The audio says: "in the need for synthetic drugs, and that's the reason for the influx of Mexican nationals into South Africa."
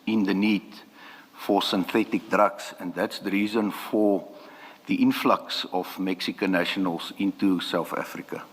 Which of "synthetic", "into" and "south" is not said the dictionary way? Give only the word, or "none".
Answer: none